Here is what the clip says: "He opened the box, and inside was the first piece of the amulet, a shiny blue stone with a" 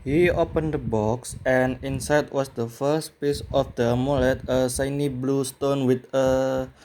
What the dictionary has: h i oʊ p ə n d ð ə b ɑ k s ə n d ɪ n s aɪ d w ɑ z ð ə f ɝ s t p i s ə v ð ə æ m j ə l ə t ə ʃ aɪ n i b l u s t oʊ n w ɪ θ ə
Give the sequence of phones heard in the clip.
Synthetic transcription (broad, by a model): h i oʊ p ə n d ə b ɑ k s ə n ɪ n s aɪ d w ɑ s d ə f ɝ s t p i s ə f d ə m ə l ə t ə s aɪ n i b l u s t oʊ n w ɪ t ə